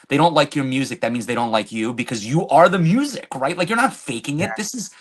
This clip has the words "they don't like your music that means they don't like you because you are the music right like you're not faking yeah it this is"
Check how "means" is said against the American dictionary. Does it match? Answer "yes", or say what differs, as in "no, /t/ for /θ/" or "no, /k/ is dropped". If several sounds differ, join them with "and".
yes